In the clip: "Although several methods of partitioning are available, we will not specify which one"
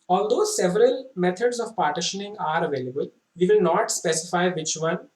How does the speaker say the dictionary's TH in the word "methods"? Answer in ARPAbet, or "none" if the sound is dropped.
T